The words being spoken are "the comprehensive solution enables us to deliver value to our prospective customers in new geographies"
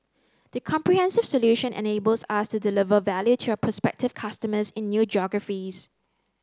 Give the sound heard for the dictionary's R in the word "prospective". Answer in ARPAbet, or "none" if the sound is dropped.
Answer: none